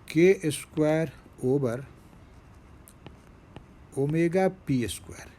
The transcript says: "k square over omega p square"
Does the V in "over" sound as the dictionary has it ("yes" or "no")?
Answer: no